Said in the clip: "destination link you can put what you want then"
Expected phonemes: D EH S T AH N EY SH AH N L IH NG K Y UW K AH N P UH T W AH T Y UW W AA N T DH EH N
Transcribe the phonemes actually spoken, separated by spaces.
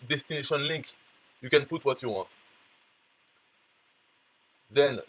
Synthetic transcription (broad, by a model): D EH S T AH N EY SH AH N L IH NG K Y UW K AH N P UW T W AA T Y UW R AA T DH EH N